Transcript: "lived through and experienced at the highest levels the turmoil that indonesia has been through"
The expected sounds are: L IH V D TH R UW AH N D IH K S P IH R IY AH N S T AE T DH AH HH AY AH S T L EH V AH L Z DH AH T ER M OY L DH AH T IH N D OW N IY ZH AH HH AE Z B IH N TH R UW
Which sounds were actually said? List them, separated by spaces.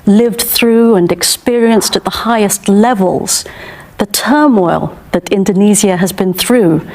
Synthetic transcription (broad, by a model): L IH V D TH R UW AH N IH K S P IH R IY AH N S T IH T DH AH HH AY AH S T L EH V AH L Z DH AH T ER M OY L DH AH T IH N D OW N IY Z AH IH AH Z B IH N TH R UW